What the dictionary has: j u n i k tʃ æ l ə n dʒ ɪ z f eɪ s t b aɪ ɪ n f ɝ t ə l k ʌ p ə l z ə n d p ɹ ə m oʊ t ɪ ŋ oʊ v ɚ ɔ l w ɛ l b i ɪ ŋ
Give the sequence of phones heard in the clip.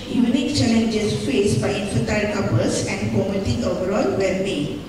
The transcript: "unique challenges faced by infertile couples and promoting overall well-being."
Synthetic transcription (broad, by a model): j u n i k tʃ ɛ l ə n dʒ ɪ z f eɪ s b aɪ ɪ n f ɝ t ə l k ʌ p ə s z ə n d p ə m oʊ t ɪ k oʊ v ɚ ɔ l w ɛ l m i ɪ